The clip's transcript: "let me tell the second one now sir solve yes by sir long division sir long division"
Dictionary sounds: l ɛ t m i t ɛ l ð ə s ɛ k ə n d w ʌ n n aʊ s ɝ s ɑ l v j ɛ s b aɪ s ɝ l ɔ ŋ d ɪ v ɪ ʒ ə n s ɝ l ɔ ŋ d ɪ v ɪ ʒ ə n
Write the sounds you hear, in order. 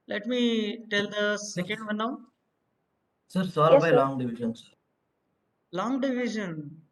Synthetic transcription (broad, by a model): l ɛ t m i t ɛ l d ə s ɛ k ə n d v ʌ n n aʊ s ɝ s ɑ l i b aɪ l ɔ ŋ d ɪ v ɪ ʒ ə n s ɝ l ɔ ŋ d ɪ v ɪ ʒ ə n